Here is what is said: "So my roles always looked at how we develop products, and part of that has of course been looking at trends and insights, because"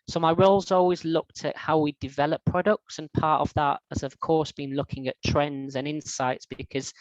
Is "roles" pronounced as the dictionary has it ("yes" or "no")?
yes